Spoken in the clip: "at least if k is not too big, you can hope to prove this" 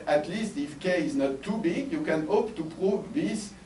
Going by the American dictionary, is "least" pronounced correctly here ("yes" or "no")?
yes